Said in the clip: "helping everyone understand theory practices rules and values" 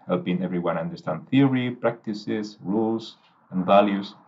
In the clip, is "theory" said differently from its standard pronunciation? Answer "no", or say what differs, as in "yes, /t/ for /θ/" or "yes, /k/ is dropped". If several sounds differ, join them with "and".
no